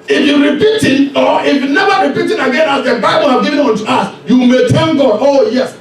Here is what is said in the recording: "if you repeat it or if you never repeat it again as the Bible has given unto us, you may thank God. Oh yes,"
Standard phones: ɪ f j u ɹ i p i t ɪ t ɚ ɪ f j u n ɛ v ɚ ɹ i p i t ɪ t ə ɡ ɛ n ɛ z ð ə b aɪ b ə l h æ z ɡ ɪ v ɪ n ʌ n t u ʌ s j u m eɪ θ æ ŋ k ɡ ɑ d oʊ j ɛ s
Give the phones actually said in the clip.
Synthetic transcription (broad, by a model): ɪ f j u ɹ i p i t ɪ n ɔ ɪ f j u n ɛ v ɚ ɹ i p i t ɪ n ə ɡ ɛ n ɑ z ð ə b aɪ b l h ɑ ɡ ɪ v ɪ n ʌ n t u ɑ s j u m eɪ t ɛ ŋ ɡ ɑ d oʊ j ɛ s